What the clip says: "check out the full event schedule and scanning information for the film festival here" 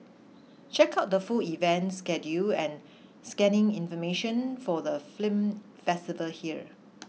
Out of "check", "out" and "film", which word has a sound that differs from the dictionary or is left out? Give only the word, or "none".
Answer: film